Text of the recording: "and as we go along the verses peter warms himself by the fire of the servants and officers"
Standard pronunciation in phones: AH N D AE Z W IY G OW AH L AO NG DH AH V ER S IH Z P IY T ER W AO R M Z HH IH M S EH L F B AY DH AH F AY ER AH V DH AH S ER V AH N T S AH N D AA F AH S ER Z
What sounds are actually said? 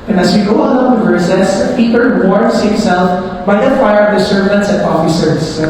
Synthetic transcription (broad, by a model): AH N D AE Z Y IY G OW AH AO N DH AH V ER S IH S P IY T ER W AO R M S HH IH M S EH L F B AY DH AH F AY ER AH V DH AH S ER V AH N T S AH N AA F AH S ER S